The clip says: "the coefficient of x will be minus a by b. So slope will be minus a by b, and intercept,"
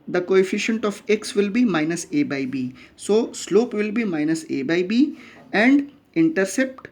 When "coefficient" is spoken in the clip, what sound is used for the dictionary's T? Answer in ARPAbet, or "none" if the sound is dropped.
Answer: T